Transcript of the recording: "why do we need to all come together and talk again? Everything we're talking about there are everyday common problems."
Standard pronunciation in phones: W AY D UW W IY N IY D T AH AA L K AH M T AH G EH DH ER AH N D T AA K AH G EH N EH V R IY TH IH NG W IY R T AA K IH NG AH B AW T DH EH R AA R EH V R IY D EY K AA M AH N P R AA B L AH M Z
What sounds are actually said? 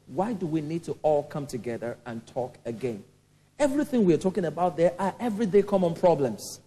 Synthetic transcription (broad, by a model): W AY D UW W IY N IY D T AH AA L K AH M T AH G EH DH ER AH N T AA K AH G EH N EH V R IY TH IH NG W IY R T AA K IH NG AH B AW T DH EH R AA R EH V R IY D EY K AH M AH N P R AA B L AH M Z